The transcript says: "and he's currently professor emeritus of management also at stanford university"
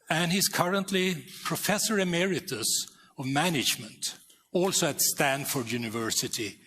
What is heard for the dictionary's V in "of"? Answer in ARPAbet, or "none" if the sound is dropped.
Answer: V